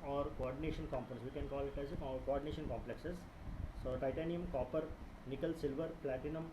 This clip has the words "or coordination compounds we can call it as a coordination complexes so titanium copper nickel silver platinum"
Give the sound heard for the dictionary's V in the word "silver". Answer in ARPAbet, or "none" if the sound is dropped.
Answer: V